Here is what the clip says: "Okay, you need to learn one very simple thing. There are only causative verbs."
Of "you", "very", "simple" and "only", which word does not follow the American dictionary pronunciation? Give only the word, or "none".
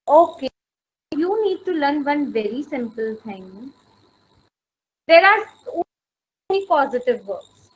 only